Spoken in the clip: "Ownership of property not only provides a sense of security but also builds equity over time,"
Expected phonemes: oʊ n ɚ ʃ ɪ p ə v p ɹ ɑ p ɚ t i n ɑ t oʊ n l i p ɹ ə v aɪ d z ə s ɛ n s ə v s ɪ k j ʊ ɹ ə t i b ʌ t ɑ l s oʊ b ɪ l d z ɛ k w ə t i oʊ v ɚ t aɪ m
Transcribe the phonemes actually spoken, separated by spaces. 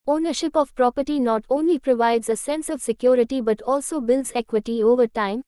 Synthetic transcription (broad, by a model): oʊ n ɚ ʃ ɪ p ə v p ɹ ɑ p ɚ t i n ɑ t oʊ n l i p ɹ ə v aɪ d z ə s ɛ n s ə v s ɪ k j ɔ ɹ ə t i b ʌ t ɑ l s oʊ b ɪ l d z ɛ k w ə t i oʊ v ɚ t aɪ m